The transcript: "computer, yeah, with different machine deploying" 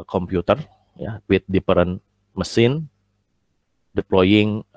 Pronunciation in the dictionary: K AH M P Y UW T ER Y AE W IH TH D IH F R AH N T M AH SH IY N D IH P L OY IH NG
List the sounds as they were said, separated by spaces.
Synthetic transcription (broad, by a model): K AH M P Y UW T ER Y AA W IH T D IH P R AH N M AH S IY N D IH P L OY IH NG